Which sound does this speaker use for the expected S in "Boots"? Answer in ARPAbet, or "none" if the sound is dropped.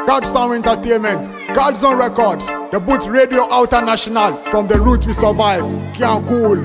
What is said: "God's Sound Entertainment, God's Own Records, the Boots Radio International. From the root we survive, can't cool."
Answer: none